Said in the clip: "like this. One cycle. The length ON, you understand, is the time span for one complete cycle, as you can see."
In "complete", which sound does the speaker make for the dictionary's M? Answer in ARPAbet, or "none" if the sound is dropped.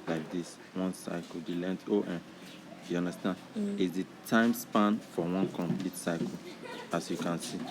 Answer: M